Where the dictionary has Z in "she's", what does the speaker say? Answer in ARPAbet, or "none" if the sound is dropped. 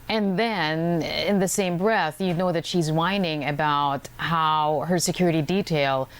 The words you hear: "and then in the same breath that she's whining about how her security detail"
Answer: Z